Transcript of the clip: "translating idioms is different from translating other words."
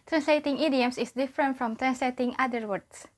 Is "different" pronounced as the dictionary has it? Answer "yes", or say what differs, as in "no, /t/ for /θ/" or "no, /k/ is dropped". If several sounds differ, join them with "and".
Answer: yes